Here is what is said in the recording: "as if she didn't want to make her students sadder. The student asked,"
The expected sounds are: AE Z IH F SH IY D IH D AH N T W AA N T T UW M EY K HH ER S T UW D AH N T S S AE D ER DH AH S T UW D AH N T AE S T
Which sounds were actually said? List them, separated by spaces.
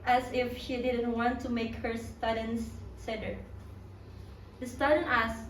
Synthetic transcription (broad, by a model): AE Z IH F SH IY D IH D AH N T W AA N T T UW M EY K HH ER S T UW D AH N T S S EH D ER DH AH S T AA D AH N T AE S